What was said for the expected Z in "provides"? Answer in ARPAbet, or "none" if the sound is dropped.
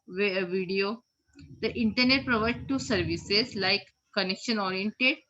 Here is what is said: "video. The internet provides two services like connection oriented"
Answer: none